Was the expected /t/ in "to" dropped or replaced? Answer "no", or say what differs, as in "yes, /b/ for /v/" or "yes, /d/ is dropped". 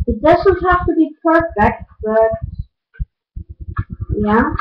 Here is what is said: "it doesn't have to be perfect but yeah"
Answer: no